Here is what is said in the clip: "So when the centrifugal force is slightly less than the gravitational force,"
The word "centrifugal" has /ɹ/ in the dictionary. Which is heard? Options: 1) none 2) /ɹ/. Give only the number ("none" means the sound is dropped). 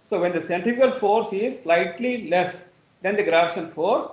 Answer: 1